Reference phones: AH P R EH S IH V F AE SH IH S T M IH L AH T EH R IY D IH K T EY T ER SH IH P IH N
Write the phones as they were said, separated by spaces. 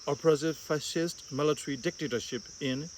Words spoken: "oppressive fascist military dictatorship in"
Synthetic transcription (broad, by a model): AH P R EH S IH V F AE SH IH S T M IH L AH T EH R IY D IH K T EY T ER SH IH P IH N